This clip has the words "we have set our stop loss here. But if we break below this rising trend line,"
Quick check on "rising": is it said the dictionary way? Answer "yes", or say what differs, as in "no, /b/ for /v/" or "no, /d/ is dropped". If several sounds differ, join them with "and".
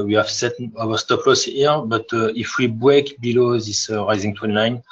yes